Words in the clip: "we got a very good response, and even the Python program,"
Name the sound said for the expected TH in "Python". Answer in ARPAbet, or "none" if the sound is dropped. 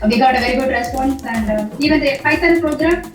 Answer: S